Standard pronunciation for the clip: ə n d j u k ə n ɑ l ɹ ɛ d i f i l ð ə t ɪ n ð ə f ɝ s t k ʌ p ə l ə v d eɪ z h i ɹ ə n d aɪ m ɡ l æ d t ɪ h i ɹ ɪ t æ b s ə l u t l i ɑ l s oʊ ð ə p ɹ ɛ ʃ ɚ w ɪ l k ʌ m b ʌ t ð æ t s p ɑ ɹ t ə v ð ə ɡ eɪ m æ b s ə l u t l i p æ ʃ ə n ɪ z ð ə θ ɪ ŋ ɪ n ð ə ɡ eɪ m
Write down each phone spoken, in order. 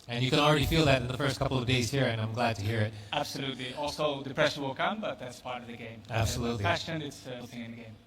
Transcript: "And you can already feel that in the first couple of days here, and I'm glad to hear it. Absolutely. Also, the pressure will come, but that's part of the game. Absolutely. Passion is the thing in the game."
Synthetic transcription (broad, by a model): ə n j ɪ k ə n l ɹ ɛ d i f i l ð ə t ɪ n ð ə f ɝ s t k ʌ p l ə v d eɪ z h i ɹ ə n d aɪ m ɡ l æ d t ɪ h i ɹ ɪ t æ b s ə l u t l i ɑ l s oʊ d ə p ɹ ɛ ʃ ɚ w ɪ l k ʌ m b ʌ t ð æ t s p ɑ ɹ t ə v ð ə ɡ eɪ m æ b s ə l u t l i f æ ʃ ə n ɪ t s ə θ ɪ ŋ ɪ n ð ə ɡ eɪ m